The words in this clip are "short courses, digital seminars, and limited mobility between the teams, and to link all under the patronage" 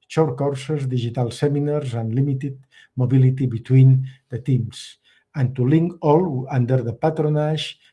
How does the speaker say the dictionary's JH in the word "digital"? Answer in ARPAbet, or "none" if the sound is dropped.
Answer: ZH